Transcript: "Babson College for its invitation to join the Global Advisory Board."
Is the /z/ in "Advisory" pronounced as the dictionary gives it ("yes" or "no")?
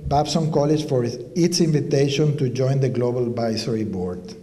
no